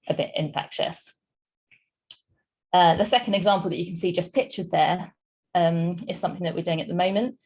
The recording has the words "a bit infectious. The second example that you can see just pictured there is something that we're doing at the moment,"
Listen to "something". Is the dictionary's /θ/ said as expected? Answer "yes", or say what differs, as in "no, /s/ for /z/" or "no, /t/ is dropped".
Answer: yes